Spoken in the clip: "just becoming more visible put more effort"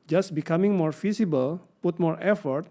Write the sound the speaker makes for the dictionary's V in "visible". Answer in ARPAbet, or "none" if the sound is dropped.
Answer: F